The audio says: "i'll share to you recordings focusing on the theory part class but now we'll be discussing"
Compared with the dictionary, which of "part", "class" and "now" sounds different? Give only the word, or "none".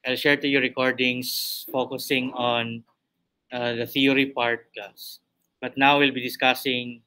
class